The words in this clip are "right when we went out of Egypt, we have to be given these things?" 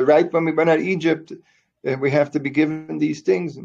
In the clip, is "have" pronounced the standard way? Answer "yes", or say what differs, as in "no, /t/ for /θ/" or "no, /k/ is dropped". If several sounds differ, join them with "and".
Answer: no, /f/ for /v/